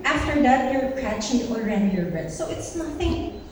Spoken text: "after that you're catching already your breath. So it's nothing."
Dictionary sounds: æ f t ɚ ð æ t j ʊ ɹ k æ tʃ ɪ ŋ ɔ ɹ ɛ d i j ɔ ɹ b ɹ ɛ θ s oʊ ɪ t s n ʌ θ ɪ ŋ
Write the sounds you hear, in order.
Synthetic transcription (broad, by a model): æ f t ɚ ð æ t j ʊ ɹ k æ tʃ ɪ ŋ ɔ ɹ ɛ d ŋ j ɔ ɹ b ɛ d s oʊ ɪ t s n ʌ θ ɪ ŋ